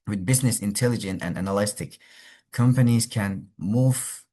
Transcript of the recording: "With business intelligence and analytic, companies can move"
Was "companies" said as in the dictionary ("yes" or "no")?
yes